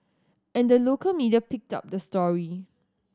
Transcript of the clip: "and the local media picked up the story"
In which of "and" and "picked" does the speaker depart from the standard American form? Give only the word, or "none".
none